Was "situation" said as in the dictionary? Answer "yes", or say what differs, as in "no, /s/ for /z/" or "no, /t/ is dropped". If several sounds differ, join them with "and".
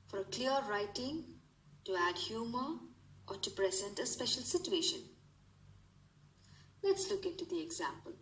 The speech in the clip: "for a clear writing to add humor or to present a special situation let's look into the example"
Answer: yes